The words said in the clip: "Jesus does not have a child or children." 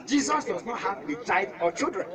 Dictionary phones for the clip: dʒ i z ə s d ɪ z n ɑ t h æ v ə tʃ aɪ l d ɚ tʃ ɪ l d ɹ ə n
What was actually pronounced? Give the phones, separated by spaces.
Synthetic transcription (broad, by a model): dʒ i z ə s d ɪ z n ɑ t h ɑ b ə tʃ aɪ d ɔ tʃ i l d ɹ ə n